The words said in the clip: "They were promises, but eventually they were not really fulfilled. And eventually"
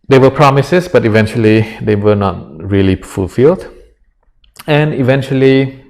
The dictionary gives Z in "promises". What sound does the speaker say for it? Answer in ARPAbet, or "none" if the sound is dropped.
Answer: S